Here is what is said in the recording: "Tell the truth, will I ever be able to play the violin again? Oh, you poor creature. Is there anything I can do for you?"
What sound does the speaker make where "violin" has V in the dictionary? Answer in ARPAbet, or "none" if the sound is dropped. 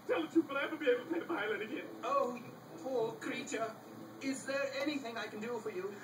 P